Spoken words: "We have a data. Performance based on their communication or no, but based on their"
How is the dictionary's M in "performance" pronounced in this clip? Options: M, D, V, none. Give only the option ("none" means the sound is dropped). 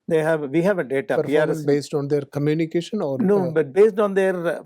none